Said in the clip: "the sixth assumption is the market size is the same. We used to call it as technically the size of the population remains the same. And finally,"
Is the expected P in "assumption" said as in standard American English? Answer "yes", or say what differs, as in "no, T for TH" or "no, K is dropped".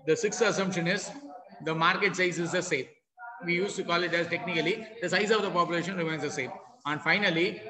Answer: yes